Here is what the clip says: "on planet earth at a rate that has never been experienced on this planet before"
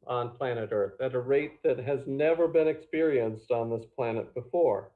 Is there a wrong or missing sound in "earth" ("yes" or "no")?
no